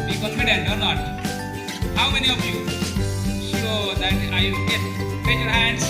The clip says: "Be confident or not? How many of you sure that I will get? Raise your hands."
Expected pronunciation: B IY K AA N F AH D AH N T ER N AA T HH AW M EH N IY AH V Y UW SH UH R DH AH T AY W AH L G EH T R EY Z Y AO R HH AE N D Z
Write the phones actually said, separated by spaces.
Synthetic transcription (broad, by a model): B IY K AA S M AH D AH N ER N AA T HH AW M EH N IY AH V Y UW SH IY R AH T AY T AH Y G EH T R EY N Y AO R HH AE N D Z